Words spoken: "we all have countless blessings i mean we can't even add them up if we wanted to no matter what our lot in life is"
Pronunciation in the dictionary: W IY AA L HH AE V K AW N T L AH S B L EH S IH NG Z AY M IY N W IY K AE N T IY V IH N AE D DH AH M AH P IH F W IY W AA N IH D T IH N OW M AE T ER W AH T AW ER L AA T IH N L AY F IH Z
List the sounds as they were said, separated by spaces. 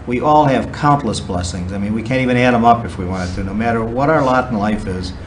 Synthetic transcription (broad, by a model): W IY AA L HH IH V K AW N T L AH S B L EH S IH NG Z AY M IY N W IY K AE N T IY V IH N AE D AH M AH P IH F W IY W AA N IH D T IH N OW M AE T ER W AH T AW ER L AA T N L AY F IH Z